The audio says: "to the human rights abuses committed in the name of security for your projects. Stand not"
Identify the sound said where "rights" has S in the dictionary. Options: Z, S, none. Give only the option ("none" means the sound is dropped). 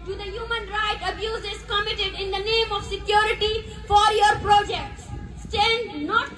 none